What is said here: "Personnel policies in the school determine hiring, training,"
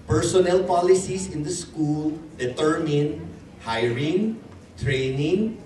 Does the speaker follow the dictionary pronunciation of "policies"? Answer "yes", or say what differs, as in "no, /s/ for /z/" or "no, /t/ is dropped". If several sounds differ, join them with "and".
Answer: no, /s/ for /z/